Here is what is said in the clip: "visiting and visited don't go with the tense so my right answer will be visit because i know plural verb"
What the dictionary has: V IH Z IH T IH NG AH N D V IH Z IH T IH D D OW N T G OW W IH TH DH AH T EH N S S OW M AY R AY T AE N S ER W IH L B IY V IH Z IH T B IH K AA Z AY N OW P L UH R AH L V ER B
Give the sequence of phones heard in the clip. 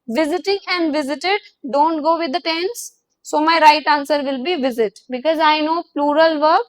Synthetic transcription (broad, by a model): V IH Z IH T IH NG AH N D V IH Z IH T IH D D OW N T G OW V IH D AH T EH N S S OW M AY R AY T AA N S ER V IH L B IY V IH Z IH T B IH K AA Z AY N OW P L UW R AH L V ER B